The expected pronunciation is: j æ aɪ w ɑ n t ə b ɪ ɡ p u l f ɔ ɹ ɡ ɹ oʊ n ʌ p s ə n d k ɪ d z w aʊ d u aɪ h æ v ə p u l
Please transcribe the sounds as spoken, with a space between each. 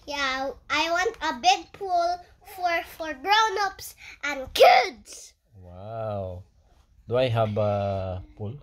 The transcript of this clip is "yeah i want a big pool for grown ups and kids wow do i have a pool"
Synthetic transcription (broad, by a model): j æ aɪ w ɑ n t ə b ɪ ɡ p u l f ɔ ɹ ɡ ɹ oʊ n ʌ p s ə n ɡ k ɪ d s w aʊ d u aɪ h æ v ə p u l